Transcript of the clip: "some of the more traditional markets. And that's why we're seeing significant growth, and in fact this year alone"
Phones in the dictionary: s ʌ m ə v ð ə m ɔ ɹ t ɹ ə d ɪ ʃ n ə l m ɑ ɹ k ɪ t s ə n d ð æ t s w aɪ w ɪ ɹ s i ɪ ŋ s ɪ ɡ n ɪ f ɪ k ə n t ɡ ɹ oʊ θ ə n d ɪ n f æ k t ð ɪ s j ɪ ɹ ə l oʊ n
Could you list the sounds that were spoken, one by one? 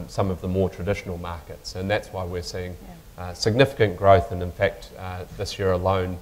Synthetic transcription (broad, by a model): s ʌ m ə v ð ə m ɔ ɹ t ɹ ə d ɪ ʃ n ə l m ɑ ɹ k ɪ t s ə n ð æ t s w aɪ w ɪ ɹ s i ɪ ŋ s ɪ ɡ n ɪ f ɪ k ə n ɡ ɹ oʊ θ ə n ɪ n f æ k t ð ɪ s j ɪ ɹ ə l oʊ n